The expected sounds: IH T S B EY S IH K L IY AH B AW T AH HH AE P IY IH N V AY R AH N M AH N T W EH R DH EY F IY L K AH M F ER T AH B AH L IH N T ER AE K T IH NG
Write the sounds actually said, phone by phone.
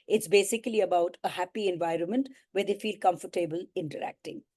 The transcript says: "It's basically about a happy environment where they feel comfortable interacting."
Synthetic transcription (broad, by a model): IH T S B EY S IH K L IY AH B AW T AH HH AE P IY IH N V AY R AH N M AH N T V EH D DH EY F IY L K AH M F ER T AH B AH L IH N T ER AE K T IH NG